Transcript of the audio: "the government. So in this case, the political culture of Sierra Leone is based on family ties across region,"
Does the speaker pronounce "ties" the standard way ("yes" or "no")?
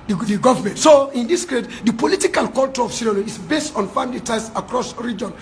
no